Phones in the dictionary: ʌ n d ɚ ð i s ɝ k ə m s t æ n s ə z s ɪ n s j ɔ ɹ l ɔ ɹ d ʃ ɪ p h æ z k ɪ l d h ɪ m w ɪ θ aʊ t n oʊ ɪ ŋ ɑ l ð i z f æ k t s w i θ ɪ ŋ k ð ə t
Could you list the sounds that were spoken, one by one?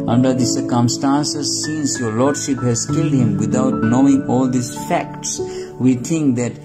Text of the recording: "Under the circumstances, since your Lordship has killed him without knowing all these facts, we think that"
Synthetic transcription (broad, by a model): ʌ n d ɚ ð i s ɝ k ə m s t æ n s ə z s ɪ n s j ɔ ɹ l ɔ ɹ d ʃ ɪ p h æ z k ɪ l d h ɪ m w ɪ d aʊ t n oʊ ɪ ŋ ɑ l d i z f æ k t s w i t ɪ ŋ k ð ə t